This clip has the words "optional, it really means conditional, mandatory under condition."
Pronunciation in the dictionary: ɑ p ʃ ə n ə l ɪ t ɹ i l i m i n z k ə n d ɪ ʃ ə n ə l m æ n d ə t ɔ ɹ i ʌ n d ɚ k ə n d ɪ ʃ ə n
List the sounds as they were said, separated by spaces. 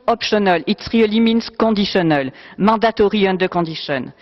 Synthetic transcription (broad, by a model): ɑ p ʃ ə n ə l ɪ t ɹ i l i m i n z k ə d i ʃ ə n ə l m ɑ d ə t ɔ ɹ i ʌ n d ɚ k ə d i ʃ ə n